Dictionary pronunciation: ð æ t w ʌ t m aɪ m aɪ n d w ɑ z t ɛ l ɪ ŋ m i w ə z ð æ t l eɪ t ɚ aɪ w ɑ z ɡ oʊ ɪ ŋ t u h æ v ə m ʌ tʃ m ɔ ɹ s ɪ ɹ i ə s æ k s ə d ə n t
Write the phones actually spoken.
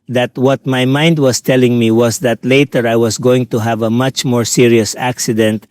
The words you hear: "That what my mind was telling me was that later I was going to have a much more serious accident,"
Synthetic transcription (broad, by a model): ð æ t w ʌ t m aɪ m aɪ n d w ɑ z t ɛ l ɪ ŋ m i w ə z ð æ t l eɪ t ɚ aɪ w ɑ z ɡ oʊ ɪ ŋ t u h æ v ə m ʌ tʃ m ɔ ɹ s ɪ ɹ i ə s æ k s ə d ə n t